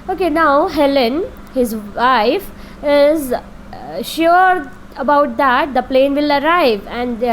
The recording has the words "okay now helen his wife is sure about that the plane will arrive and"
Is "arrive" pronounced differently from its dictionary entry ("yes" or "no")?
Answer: no